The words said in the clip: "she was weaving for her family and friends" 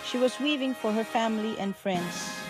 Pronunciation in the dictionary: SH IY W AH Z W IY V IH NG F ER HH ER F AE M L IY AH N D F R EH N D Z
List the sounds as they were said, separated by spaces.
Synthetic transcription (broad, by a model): SH IY W AH Z W IY V IH NG F ER HH ER F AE M L IY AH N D F R EH N D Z